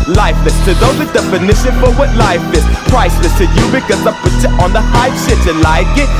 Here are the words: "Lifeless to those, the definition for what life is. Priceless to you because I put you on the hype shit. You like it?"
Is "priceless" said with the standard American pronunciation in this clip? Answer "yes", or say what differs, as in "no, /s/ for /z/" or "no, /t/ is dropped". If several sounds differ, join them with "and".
no, /l/ is dropped